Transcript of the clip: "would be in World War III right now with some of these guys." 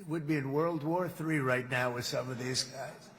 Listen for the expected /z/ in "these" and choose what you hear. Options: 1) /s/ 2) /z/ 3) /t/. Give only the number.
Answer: 2